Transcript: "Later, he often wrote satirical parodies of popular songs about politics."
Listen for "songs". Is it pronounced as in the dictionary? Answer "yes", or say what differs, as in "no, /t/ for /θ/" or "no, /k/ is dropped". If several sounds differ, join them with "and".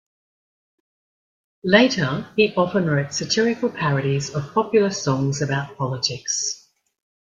yes